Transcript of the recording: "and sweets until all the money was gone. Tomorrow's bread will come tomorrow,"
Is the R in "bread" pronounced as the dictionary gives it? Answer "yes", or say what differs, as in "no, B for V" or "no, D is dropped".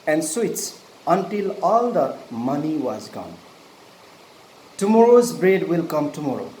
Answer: yes